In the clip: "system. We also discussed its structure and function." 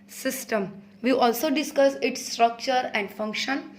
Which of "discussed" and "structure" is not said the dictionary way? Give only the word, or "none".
discussed